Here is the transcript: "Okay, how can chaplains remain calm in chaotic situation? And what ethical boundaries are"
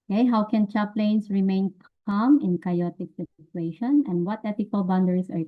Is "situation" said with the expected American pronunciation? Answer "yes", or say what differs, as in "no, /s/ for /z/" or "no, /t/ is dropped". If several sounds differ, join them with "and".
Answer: no, /s/ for /tʃ/